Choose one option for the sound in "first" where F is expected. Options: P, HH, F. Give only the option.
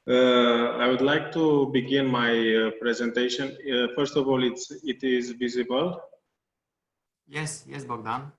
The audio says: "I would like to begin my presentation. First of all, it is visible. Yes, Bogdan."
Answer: F